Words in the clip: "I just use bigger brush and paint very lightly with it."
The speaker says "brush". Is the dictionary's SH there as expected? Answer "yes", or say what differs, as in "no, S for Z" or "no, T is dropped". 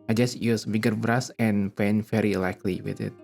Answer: no, S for SH